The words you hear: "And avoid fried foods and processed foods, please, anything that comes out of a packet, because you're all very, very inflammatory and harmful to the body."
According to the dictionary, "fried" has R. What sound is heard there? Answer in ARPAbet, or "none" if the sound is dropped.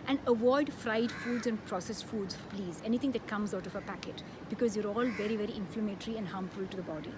R